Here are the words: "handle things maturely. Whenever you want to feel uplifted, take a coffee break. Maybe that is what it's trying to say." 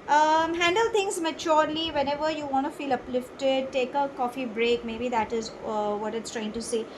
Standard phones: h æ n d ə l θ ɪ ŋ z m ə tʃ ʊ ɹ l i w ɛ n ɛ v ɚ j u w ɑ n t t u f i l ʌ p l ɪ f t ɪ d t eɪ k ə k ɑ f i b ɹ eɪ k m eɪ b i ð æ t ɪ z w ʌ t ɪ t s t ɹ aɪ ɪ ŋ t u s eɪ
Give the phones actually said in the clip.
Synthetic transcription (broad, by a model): h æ n d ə l t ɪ ŋ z m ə tʃ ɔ ɹ l i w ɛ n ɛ v ɚ j u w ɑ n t t u f i l ʌ p l ɪ f t ɪ d t eɪ k ə k ɑ f i b ɹ eɪ k m eɪ b i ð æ t ɪ z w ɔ t ɪ t s t ɹ aɪ ɪ ŋ t u s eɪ